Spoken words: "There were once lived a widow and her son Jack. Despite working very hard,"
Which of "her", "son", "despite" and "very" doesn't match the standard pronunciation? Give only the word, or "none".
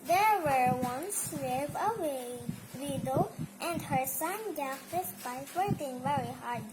despite